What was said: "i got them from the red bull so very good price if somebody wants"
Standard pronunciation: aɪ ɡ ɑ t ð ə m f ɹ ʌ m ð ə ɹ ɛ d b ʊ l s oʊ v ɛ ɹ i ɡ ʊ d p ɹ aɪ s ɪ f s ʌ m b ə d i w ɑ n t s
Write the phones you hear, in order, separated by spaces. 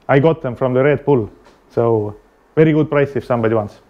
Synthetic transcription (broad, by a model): aɪ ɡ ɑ t ð ə m f ɹ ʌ m ð ə ɹ ɛ d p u l s oʊ v ɛ ɹ i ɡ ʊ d p ɹ aɪ s ɪ f s ʌ m b ə d i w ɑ n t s